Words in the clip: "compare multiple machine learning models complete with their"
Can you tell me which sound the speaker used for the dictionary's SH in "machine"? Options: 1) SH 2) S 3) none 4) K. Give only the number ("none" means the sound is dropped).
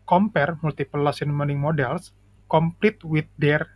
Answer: 2